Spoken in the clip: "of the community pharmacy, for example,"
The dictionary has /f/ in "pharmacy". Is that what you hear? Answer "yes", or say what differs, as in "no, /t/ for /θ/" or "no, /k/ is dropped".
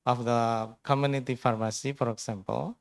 yes